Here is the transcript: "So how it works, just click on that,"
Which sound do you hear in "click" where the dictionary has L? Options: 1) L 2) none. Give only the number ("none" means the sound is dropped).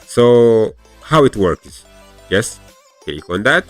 2